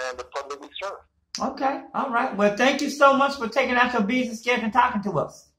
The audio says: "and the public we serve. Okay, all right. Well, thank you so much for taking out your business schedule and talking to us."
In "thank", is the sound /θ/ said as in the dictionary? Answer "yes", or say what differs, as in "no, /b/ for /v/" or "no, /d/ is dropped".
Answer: yes